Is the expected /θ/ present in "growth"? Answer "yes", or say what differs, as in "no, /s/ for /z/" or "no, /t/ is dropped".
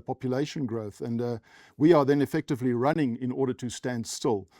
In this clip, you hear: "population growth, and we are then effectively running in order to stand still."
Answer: yes